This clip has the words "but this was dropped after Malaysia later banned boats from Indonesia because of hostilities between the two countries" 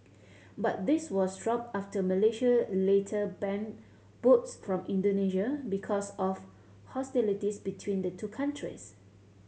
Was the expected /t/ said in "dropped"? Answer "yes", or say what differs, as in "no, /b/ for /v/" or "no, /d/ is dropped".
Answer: no, /t/ is dropped